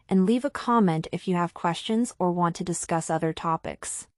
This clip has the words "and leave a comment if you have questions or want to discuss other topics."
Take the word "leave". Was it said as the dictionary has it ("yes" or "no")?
yes